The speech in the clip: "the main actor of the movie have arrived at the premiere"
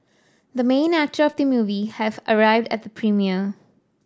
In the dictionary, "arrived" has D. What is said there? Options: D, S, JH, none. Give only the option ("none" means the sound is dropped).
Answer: D